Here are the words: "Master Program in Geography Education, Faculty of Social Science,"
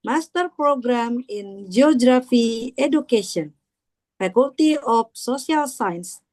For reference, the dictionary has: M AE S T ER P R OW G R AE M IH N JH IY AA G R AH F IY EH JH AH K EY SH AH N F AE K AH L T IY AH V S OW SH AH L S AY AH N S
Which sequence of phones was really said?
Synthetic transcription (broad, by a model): M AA S T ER P R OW G R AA M IH N JH IY AA G R AH F IY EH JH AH K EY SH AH N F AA K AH L T IY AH F S OW S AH L S AY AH N S